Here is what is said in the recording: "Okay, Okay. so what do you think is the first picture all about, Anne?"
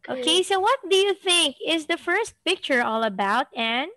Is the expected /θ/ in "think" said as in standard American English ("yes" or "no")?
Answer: yes